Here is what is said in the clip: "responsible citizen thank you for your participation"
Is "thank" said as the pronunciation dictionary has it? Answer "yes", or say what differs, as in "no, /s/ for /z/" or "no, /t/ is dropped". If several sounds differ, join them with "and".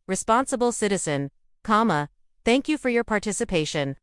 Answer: yes